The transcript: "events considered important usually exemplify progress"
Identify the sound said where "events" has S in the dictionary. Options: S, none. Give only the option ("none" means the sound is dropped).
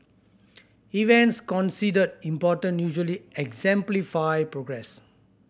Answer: S